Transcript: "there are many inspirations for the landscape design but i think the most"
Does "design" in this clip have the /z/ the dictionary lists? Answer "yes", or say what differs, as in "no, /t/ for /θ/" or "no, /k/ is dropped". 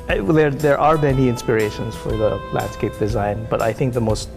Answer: yes